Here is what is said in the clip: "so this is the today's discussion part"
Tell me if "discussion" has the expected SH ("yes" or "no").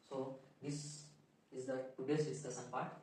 no